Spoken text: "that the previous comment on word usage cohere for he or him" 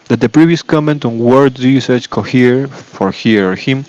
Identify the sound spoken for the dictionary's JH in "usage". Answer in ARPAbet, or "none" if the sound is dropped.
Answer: CH